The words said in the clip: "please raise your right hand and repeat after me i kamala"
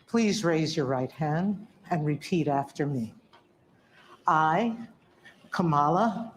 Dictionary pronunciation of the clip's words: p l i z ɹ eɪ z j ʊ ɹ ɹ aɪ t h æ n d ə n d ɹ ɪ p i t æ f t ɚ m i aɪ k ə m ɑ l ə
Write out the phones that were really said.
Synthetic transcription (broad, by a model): p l i z ɹ eɪ z j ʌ ɹ ɹ aɪ t h æ n d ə n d ɹ ɪ p i t æ f t ɚ m i aɪ k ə m ɑ l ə